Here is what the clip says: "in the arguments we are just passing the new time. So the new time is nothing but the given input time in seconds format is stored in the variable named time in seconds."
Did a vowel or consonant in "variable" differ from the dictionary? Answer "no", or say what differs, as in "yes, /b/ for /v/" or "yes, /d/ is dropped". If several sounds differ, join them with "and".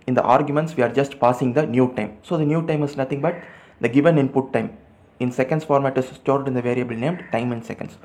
no